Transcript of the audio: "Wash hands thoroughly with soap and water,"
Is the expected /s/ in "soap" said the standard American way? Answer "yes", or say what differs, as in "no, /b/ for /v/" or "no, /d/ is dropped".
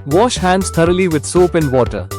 yes